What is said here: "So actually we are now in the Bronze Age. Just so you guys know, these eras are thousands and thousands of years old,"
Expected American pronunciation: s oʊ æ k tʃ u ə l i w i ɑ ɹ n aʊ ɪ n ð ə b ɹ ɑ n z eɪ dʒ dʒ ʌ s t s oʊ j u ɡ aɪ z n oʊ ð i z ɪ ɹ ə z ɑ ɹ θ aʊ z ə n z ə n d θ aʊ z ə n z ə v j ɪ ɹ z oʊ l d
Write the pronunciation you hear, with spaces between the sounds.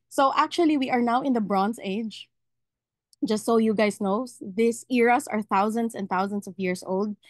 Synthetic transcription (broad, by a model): s oʊ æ k tʃ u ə l i w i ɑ ɹ n aʊ ɪ n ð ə b ɹ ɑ n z eɪ dʒ dʒ ʌ s t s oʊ j u ɡ aɪ s n oʊ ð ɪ s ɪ ɹ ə s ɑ ɹ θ aʊ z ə n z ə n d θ aʊ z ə n s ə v j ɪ ɹ s oʊ l d